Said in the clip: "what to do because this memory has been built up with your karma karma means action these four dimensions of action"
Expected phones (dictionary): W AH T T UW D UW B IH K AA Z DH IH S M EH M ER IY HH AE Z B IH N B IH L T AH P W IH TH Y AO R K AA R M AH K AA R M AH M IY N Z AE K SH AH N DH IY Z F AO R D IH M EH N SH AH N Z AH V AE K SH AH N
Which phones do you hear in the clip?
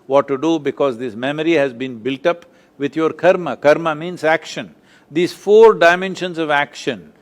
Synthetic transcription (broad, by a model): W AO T T UW D UW B IH K AA Z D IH S M EH M ER IY HH AE Z B IH N B IH L T AH P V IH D Y AO R K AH R M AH K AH R M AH M IY N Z AE K SH AH N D IY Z F AO R D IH M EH N SH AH N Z AH V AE K SH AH N